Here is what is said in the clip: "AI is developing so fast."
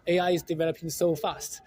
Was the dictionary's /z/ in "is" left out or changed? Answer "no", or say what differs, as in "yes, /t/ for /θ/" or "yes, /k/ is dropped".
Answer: no